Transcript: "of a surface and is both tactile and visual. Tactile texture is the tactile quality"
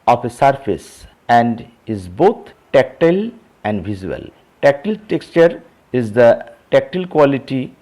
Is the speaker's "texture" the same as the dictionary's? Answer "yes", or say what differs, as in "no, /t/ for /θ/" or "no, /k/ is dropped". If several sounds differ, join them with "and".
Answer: yes